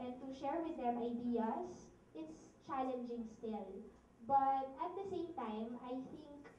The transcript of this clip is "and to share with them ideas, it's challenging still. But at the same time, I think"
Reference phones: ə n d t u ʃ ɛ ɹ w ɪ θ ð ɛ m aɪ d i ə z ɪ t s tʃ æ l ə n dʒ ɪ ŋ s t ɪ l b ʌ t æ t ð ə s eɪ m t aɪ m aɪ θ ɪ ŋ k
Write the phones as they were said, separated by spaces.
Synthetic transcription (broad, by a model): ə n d t u ʃ ɛ ɹ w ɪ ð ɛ m aɪ d i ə s ɪ t s tʃ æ l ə n dʒ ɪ ŋ s t ɪ l b ʌ t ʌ t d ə s eɪ m t aɪ m aɪ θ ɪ ŋ k